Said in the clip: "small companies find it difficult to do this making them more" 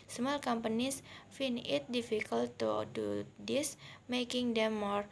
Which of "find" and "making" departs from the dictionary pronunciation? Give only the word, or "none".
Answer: find